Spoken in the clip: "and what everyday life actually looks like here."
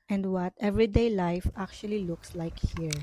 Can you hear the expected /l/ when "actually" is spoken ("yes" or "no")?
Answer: yes